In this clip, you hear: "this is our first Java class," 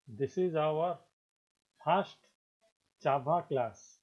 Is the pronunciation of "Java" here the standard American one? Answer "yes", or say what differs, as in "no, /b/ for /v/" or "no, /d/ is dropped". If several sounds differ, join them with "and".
no, /tʃ/ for /dʒ/ and /b/ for /v/